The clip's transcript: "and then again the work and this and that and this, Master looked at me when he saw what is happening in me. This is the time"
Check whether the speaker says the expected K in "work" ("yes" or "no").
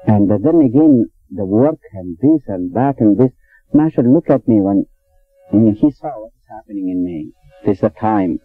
yes